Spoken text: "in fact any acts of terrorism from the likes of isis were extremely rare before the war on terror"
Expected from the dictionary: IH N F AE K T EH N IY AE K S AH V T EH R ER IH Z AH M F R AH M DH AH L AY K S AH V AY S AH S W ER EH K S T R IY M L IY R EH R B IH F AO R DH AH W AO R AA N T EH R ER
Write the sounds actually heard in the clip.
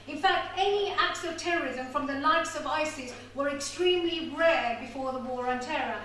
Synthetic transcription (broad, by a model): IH N F AE K T EH N IY AE K S AH V T EH R ER IH Z AH M F R AH M DH AH L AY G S AH V AY S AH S W ER EH K S T R IY M L IY R EH R B IH F AO R DH AH W AO R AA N T EH R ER